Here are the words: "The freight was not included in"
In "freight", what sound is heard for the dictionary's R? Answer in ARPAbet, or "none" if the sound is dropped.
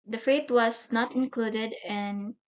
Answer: none